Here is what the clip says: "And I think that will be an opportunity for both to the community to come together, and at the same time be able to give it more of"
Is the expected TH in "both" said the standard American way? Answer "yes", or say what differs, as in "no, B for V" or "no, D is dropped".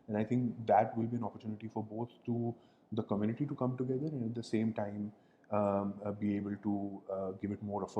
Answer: no, T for TH